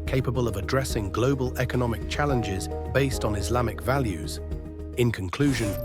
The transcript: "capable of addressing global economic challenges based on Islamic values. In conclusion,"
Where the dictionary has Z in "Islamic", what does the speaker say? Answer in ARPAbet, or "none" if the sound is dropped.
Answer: Z